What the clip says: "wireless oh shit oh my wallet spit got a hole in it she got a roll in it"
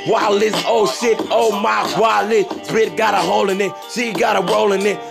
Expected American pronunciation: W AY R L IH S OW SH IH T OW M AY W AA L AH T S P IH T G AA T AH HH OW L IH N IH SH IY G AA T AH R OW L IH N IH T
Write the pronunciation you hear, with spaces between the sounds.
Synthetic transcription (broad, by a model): W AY L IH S OW S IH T OW M AY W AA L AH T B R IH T G AA T AH HH OW L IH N IH S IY G AA T AH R OW L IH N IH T